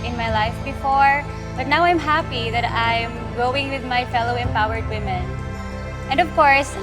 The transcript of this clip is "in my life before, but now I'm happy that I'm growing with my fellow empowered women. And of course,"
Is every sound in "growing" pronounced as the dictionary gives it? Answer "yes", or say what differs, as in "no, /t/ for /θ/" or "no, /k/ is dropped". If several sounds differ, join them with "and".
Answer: no, /ɹ/ is dropped